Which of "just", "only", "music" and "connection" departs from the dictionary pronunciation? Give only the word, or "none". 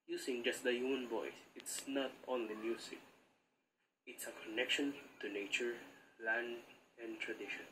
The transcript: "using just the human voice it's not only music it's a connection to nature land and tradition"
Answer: music